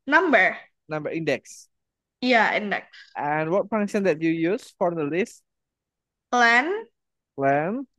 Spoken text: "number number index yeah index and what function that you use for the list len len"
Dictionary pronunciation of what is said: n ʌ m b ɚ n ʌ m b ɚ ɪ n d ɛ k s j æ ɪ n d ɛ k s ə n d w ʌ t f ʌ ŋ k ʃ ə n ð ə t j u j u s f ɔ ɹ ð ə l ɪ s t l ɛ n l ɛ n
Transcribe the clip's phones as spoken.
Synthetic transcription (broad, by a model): n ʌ m b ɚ n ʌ m b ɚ ɪ n d ɛ k s j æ ɪ n d ɛ k s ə n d w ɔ t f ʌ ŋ ʃ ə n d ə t j u j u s f ɔ ɹ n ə l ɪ s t l ɛ n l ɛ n